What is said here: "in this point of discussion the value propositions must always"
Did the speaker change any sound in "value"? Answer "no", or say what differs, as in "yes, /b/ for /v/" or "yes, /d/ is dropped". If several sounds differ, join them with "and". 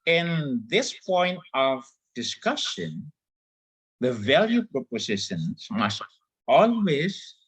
no